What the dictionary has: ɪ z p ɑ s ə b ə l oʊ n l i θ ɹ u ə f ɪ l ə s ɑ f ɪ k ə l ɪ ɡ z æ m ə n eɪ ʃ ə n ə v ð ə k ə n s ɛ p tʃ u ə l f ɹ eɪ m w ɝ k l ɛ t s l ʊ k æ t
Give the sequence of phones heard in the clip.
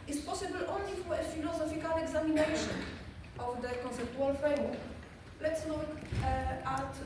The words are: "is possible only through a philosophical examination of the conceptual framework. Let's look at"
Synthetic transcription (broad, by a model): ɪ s p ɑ s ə b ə l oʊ n l i f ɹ ə f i l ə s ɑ f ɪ k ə l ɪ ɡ z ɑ m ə n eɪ ʃ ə n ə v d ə k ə n s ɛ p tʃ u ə l f eɪ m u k l ɛ t s l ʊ k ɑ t